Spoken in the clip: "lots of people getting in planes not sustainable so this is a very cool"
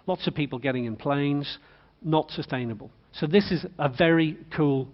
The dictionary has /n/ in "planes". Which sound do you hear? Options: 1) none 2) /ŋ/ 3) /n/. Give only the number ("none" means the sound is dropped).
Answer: 3